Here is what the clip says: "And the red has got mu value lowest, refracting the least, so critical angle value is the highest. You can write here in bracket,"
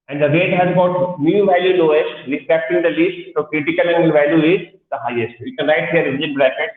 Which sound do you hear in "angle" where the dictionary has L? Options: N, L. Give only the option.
N